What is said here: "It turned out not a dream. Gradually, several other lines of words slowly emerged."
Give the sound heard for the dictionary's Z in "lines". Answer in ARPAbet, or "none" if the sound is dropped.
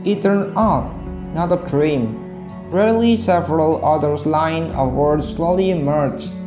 none